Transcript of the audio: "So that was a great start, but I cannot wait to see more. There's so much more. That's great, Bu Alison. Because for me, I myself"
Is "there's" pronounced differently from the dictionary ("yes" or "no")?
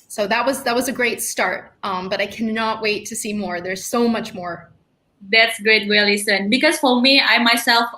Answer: no